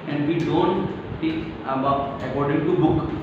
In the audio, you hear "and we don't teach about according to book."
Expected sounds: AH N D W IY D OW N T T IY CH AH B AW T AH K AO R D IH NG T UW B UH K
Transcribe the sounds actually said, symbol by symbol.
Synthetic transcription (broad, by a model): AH N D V IY D OW N T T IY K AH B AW AH K AO R D IH NG T UW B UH K